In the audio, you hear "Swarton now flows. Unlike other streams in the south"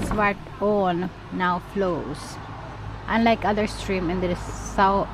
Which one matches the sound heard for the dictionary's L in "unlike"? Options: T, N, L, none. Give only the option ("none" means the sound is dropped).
L